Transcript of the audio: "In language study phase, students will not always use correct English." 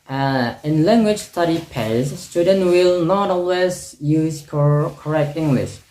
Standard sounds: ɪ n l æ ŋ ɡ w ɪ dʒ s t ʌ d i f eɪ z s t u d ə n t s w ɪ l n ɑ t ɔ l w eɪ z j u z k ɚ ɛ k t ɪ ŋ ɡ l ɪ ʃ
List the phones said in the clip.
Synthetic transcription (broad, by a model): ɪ n l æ ŋ ɡ w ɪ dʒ s t ʌ d i p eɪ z s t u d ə n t w ɪ l n ɑ t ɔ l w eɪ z j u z k ɚ ɛ k t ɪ ŋ ɡ l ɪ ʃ